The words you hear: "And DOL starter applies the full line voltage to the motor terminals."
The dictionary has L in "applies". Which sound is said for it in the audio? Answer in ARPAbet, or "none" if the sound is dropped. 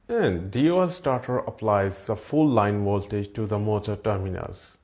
L